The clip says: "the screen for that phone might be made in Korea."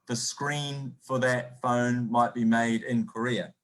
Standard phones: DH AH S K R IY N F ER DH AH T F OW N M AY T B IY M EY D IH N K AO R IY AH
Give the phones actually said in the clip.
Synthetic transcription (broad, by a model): DH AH S K R IY N F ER DH AH T F OW N M AY T B IY M EY D IH N K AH R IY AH